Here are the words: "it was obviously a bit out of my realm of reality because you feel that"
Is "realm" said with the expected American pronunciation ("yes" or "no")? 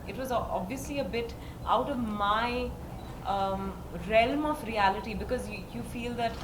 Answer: yes